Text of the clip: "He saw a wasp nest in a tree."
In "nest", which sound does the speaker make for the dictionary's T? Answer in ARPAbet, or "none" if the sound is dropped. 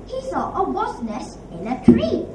none